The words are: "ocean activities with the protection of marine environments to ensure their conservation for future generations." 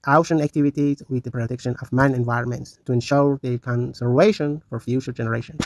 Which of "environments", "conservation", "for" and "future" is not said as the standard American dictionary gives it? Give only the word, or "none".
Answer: none